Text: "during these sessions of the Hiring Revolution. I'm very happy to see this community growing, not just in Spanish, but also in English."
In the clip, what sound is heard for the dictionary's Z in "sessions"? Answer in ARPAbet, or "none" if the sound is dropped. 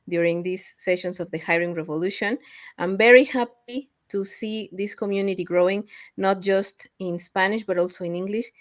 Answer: S